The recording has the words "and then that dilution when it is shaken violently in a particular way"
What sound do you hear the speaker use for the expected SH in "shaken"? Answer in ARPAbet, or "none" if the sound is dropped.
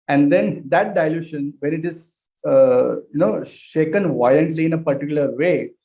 SH